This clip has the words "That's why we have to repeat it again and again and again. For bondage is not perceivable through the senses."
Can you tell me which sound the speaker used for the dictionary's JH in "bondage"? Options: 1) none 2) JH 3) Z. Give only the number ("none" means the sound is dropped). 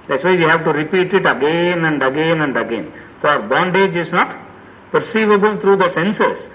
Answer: 2